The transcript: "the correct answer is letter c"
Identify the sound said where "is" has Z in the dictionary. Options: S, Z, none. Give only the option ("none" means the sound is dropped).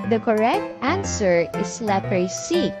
S